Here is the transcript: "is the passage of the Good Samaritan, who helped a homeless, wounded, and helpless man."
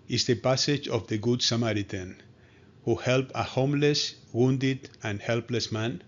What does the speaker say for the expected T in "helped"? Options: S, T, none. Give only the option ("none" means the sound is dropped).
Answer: none